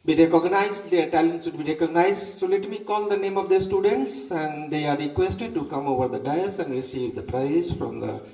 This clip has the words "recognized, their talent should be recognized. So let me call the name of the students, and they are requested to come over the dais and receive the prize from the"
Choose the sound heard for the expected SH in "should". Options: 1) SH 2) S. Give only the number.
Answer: 2